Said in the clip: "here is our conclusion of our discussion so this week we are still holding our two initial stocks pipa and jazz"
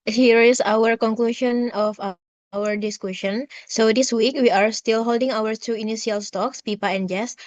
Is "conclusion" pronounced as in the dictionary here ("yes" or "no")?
no